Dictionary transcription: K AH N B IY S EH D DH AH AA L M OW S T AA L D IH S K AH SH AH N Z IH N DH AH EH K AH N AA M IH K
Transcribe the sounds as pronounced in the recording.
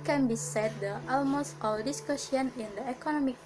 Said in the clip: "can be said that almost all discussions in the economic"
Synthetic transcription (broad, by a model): K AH N B IY S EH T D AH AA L M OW S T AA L D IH S K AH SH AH N IH N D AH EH K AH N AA M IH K